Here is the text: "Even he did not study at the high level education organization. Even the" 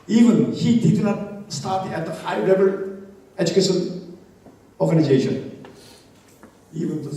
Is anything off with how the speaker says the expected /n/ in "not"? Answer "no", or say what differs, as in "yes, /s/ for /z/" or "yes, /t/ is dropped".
no